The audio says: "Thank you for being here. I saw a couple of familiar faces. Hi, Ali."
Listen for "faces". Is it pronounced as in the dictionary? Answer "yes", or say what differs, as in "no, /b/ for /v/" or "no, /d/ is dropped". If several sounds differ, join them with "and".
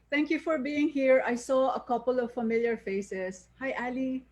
no, /s/ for /z/